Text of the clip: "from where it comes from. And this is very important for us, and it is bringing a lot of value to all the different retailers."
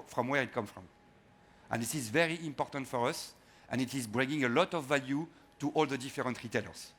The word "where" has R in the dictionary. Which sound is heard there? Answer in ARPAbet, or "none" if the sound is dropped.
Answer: R